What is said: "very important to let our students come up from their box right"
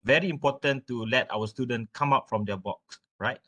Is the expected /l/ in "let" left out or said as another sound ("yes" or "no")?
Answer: no